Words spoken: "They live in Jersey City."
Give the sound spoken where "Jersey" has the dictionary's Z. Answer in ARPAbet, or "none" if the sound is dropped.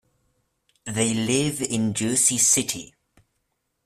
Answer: S